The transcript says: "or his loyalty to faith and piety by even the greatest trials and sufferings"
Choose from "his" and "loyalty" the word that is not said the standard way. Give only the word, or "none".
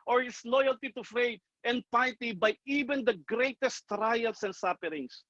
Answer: his